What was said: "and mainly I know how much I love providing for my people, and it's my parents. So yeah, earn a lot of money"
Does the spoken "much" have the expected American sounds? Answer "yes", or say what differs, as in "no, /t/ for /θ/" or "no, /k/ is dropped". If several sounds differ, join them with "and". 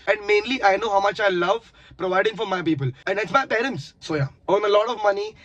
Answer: yes